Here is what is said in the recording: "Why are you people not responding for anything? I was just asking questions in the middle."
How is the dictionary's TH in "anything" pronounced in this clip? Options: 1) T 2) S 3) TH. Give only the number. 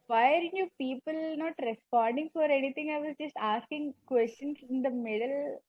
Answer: 1